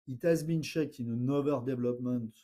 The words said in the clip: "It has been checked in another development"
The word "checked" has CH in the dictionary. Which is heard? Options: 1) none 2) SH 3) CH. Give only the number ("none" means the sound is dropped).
2